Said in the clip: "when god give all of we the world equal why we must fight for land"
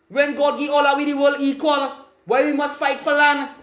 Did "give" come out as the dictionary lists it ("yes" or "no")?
no